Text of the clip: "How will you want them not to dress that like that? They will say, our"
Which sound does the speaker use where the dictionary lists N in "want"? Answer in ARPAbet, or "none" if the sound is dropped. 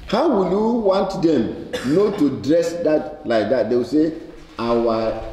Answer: N